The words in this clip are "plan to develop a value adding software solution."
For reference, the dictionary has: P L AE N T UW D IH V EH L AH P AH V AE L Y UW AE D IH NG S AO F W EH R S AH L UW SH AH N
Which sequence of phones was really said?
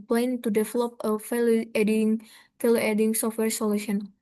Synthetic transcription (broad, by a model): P L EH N T UW D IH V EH L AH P AH F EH L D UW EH D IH NG S AO F W EH R S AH L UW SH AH N